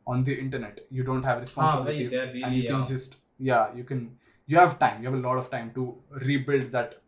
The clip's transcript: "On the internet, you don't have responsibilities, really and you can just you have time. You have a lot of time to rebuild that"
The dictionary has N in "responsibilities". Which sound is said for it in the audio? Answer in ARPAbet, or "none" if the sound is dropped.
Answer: none